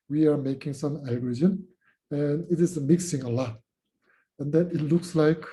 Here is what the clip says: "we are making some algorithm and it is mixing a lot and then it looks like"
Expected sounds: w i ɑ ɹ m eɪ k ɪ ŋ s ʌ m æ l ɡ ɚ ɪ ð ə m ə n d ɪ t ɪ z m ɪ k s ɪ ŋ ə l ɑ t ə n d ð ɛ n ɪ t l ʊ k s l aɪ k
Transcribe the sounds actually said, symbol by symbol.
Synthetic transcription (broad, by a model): w i ɑ ɹ m eɪ k ɪ ŋ s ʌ m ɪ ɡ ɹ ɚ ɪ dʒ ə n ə n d ɪ t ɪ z m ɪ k s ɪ ŋ ə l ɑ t ə n d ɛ n ɪ t l ʊ k s l aɪ k